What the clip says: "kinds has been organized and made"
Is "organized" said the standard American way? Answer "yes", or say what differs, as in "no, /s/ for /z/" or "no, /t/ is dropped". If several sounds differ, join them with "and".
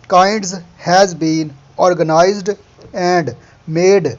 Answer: yes